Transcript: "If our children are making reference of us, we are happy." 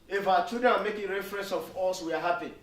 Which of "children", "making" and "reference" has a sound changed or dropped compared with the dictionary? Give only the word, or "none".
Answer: children